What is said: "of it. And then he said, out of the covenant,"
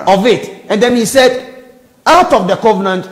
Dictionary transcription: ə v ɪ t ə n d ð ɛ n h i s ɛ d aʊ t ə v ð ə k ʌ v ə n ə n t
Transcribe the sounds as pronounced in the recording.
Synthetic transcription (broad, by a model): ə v ɪ t ə n d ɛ n h i s ɛ d aʊ t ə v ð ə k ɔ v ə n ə n t